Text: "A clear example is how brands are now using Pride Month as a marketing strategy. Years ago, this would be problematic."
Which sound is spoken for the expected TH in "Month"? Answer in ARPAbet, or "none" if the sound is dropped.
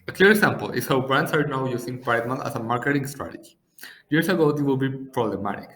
T